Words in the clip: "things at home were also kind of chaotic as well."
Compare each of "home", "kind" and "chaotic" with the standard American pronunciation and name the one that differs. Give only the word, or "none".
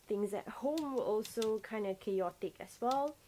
none